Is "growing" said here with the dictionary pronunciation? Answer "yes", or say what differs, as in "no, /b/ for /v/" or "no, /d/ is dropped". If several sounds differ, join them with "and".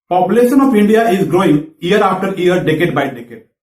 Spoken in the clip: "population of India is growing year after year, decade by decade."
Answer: yes